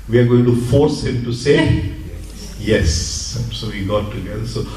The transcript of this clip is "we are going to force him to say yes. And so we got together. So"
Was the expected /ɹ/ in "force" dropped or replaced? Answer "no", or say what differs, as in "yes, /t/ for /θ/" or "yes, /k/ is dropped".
no